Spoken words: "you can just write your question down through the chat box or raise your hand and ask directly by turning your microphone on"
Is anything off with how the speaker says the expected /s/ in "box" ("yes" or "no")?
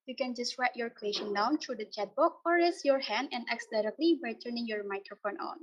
yes